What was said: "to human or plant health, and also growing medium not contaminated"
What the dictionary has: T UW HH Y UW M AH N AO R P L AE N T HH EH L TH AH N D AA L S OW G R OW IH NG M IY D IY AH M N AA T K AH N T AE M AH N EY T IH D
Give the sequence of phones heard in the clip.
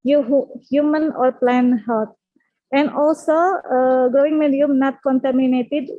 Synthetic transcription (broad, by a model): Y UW HH Y UW M AH N AO R P L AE N HH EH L T AH N D AA L S OW G R OW IH NG M IY D IY AH M N AA T K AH N T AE M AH N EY T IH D